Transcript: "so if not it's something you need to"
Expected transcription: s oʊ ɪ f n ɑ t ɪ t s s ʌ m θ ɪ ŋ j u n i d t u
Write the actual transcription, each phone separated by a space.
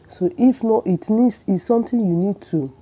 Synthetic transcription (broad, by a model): s oʊ ɪ f n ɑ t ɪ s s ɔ m t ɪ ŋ j u n i d t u